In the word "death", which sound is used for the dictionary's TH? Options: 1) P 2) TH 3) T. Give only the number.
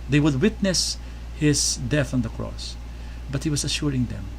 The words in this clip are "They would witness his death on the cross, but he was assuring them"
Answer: 2